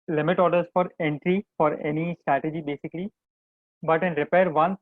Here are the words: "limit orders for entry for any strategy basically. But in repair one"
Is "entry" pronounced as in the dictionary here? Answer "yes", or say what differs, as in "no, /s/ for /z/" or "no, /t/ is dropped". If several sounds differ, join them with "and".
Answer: yes